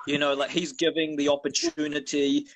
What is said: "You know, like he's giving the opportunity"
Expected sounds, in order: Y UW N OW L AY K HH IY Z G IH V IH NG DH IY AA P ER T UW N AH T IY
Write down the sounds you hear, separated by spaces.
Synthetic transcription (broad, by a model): Y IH N OW L AY K HH IY Z G IH V IH NG DH IY AA P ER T UW N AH T IY